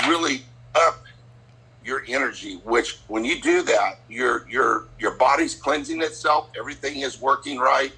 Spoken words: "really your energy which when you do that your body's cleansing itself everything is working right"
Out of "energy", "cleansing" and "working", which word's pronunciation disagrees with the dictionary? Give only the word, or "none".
none